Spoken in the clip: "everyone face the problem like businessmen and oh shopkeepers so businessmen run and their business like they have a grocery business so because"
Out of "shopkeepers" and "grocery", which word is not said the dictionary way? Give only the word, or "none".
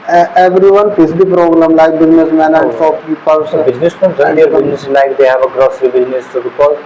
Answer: shopkeepers